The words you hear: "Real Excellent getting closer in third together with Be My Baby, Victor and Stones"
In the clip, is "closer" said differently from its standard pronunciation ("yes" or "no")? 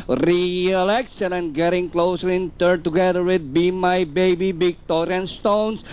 no